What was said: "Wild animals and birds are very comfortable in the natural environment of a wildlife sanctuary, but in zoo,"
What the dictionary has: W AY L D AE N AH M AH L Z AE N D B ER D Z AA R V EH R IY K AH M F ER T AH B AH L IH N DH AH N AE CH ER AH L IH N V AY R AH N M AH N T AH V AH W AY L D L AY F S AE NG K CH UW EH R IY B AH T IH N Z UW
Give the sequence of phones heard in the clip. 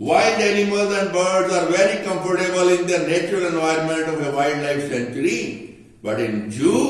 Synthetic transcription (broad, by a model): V AY L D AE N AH M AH L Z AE N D B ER D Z AA R V EH R IY K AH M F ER T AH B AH L IH N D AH N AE CH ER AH L IH N V AY R AH N M AH N T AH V AH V AY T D L AY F S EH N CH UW R IY B AH T IH N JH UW